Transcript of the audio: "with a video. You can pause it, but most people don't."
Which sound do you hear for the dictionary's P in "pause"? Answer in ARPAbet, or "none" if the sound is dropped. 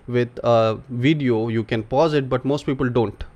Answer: P